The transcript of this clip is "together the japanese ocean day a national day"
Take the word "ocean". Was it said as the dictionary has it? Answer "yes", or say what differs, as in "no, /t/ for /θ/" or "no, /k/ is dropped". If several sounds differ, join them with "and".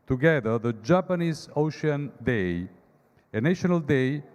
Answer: yes